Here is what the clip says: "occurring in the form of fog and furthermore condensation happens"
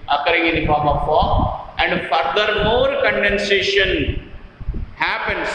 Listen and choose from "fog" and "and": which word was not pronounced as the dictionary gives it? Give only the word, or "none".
fog